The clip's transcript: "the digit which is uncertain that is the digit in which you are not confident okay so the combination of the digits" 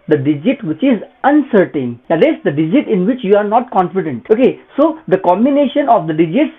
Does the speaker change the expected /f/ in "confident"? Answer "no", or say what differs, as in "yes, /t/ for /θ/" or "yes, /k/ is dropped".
no